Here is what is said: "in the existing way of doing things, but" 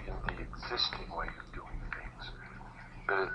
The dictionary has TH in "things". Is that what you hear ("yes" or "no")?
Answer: yes